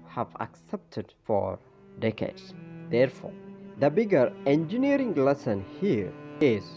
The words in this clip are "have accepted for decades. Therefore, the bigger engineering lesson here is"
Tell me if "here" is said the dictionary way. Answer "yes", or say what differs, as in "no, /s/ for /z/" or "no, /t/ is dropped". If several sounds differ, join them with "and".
yes